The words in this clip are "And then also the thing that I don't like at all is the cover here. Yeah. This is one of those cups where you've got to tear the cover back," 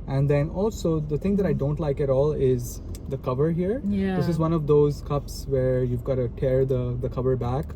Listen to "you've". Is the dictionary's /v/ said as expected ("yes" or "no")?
yes